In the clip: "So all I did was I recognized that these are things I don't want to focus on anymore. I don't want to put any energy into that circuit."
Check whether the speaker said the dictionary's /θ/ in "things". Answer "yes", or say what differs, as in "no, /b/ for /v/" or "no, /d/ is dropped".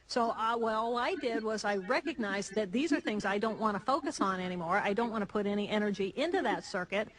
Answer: yes